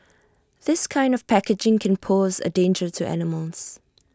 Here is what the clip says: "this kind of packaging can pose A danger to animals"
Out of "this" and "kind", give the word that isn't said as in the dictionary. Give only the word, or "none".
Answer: none